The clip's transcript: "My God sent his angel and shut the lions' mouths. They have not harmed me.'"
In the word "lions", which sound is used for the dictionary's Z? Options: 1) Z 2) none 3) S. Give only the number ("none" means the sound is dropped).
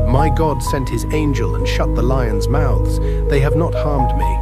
1